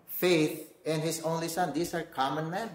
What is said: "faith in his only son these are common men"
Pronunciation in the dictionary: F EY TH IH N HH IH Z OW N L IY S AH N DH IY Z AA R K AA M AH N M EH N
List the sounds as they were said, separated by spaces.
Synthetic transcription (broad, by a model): F EY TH IH N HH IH S OW N L IY S AH N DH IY S AA R K AA M AH N M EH N